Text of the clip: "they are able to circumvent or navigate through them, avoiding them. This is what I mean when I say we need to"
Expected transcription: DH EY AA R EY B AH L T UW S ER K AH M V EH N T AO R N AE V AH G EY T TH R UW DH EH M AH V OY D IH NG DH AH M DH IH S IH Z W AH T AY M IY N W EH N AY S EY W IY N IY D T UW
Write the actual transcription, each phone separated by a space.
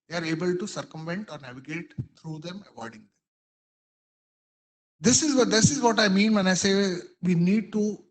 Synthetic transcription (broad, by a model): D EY AA R EY B AH L T UW S ER K AH M V EH N T AO R N AE V AH G EY T T R UW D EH M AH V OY D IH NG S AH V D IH S IH Z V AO T AY M IY N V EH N AY S EY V IY N IY D T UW